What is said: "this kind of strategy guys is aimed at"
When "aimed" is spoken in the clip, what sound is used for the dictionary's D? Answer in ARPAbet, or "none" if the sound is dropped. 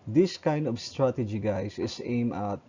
none